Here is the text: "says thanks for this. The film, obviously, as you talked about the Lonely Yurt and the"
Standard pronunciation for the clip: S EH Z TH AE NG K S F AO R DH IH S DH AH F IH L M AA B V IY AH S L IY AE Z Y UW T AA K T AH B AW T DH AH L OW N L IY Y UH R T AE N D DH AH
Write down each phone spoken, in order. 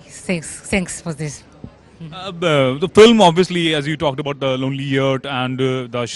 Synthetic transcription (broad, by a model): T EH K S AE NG K S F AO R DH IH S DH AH F IH L M AA B V IY AH S L IY AE Z Y UW T AA K T AH B AW T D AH L OW N L IY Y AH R T AE N D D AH